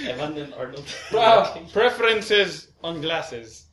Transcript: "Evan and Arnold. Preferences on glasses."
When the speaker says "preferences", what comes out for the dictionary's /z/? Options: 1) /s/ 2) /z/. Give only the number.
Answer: 2